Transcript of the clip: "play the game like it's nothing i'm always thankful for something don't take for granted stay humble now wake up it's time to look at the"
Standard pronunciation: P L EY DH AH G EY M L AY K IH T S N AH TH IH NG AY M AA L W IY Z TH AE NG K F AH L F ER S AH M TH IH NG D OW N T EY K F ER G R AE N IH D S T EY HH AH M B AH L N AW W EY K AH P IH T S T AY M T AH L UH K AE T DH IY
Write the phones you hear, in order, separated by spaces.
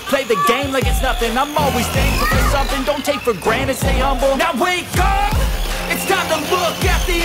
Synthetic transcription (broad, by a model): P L EY DH AH G EY M L AY K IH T S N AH F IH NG AY M AA L W IY Z T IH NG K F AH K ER S AH M TH IH NG D OW N T EY K F ER G R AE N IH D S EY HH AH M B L N AW W EY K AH IH T S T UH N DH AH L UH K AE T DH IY